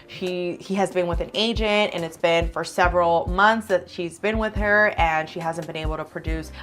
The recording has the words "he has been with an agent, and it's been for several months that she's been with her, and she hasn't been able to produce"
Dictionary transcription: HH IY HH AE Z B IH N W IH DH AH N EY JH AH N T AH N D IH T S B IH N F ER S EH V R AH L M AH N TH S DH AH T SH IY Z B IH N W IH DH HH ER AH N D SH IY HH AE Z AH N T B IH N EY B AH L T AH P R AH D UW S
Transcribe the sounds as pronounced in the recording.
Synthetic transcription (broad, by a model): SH IY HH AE Z B IH N W IH DH AH N EY JH AH N T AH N IH T S B IH N F ER S EH V R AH L M AH N TH S DH AH T SH IY Z B IH N W IH DH ER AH N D SH IY HH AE Z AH N B IH N EY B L T AH P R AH D UW S